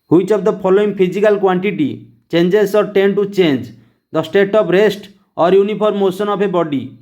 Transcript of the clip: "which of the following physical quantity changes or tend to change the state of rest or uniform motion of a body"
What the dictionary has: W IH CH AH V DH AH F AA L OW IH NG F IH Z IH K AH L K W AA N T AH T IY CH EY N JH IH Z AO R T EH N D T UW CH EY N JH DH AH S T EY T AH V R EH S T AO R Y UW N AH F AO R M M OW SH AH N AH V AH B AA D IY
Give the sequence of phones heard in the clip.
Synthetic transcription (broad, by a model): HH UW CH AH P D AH P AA L OW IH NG P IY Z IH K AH L K W AA N T AH T IY CH EY N JH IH S AO R T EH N T UW CH EY N JH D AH S T EY T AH P R EH S T AO R Y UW N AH P AO R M M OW S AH N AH P AH B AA D IY